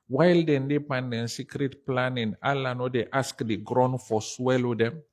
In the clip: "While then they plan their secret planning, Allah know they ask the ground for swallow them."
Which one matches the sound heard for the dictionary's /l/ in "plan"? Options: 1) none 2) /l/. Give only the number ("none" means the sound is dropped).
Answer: 1